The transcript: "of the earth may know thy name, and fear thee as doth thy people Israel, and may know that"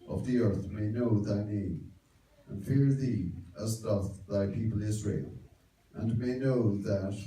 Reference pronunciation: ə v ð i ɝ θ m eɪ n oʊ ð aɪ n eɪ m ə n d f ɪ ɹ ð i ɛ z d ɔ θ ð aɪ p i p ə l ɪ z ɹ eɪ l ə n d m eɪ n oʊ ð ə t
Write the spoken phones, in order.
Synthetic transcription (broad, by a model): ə v ð i ɝ θ m eɪ n oʊ ð aɪ n eɪ m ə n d f ɪ ɹ ð i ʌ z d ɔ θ ð aɪ p i p ə l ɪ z ɹ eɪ l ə n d m eɪ n oʊ ð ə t